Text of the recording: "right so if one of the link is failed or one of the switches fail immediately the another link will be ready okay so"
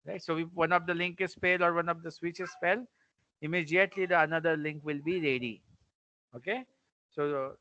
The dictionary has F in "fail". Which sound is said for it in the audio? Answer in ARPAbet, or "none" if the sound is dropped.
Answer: P